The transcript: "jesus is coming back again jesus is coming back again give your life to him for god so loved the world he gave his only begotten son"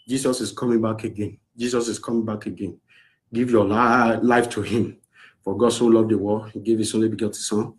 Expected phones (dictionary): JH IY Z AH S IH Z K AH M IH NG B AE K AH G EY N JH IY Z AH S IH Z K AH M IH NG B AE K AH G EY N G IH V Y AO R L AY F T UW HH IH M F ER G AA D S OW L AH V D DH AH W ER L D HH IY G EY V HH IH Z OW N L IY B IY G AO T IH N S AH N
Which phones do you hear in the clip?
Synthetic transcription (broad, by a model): JH IY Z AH S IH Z K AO M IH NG B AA K AH G EY N JH IY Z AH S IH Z K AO M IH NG B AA K AH G EY N G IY V Y AO L L AY F T UW HH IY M F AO G AA D S OW L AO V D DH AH W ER HH IY G EY V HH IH S OW N L IY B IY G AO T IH S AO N